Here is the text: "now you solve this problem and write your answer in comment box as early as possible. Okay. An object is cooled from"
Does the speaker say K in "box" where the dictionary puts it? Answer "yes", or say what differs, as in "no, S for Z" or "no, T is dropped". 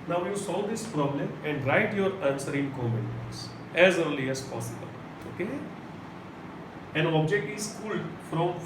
no, K is dropped